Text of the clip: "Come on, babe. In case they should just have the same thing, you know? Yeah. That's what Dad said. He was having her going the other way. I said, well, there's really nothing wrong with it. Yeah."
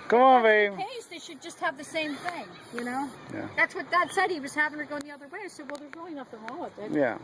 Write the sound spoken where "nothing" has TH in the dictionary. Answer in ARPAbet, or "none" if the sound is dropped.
T